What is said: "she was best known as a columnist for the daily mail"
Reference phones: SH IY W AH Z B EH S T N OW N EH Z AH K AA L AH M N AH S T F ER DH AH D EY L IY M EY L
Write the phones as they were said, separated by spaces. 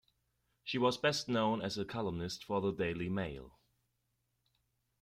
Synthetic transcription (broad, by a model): SH IY W AH Z B EH S T N OW N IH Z AH K AA L AH M N AH S T F ER DH AH D EY L IY M EY L